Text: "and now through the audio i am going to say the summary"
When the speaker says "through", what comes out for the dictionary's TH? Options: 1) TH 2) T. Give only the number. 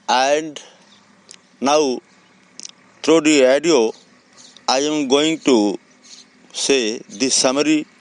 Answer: 2